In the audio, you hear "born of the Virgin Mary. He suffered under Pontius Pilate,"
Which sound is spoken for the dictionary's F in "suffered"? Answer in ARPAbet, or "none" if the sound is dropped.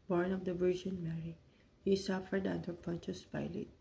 F